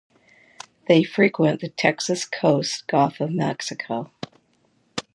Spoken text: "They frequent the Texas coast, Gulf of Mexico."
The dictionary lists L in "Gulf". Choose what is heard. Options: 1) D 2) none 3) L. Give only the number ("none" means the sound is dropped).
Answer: 2